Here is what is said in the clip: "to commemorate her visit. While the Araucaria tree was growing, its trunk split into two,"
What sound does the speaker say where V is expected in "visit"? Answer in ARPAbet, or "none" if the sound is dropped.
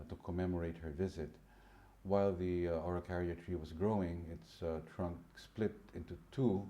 V